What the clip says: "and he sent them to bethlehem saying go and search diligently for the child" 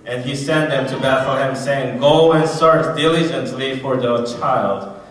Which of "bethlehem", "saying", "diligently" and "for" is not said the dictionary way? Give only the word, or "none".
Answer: none